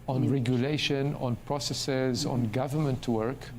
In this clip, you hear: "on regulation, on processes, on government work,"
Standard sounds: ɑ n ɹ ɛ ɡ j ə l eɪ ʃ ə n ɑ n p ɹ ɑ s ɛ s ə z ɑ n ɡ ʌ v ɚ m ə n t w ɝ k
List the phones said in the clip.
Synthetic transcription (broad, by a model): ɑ n ɹ ɛ ɡ j ə l eɪ ʃ ə n ɑ n p ɹ ɑ s ɛ s ə z ɑ n ɡ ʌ v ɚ m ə n t w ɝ k